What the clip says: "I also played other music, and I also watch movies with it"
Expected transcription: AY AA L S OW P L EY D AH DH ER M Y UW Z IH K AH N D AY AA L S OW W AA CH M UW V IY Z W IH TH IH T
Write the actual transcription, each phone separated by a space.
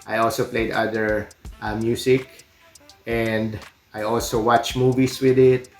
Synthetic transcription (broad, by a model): AY AA L S OW P L EY D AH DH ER M Y UW S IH K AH N D AY AA L S OW W AA CH M UW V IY S W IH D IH T